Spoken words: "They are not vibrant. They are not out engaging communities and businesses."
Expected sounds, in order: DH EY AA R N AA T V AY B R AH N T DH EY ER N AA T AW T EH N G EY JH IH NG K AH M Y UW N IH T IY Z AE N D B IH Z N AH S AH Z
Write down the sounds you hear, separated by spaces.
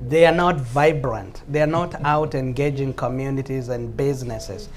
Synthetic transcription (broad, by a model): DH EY AA R N AA T V AY B R AH N T DH EY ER N AA T AW T EH N G EY JH IH NG K AH M Y UW N IH T IY Z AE N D B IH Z N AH S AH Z